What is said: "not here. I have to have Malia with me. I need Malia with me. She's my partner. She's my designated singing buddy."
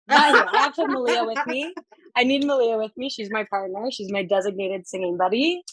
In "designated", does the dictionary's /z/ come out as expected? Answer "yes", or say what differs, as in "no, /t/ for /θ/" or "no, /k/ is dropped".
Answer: yes